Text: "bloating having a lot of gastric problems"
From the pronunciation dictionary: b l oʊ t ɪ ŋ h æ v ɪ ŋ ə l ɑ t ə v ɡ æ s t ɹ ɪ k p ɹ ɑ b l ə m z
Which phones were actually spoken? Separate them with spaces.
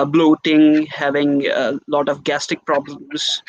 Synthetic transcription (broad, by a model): b l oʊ t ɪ ŋ h æ v ɪ ŋ ə l ɑ t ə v ɡ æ s t ɪ k p ɹ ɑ b l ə m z